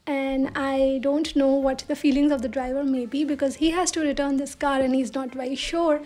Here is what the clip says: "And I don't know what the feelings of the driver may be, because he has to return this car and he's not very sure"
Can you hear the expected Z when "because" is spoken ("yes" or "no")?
yes